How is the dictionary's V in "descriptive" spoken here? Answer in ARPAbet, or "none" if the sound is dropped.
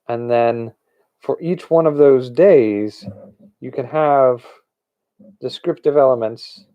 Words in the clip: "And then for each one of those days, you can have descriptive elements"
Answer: V